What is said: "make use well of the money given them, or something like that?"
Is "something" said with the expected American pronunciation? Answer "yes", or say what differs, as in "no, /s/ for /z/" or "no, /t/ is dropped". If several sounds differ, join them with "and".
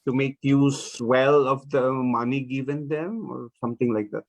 no, /t/ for /θ/